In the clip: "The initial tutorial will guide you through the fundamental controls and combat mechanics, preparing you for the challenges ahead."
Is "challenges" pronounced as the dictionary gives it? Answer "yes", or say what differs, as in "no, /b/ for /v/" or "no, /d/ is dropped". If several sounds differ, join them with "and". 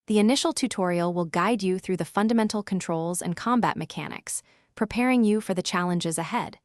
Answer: yes